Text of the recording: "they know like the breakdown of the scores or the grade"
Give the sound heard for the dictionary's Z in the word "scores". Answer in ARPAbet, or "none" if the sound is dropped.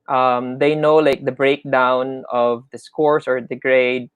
S